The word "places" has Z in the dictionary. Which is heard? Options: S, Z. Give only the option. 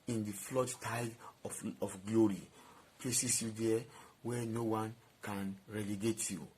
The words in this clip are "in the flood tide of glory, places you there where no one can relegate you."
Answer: S